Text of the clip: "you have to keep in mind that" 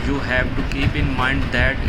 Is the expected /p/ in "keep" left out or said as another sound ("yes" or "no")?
no